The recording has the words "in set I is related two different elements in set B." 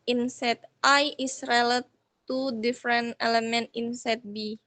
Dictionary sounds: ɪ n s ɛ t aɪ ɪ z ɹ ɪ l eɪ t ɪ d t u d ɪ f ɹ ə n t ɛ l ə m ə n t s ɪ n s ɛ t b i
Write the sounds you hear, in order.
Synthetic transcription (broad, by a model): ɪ n s ɛ t aɪ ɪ s ɹ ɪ l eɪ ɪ t u d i f ɹ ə n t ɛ l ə m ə n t ɪ n s ɛ t b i